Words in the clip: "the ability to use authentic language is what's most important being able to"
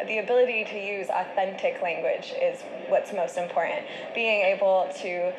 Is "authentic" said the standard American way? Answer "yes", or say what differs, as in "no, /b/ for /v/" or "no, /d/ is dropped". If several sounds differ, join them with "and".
yes